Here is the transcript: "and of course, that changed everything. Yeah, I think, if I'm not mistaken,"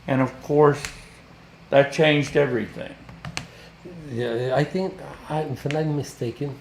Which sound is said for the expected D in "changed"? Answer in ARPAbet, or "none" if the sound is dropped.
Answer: D